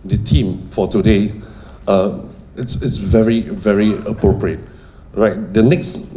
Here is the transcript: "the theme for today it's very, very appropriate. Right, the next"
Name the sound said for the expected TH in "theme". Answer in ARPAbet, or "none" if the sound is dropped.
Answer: T